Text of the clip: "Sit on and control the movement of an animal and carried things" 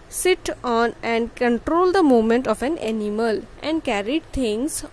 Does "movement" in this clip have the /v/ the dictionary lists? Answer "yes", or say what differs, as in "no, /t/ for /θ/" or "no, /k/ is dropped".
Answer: no, /v/ is dropped